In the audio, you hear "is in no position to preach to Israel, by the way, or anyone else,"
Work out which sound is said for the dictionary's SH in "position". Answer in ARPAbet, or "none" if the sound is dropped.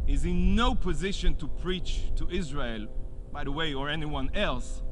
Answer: SH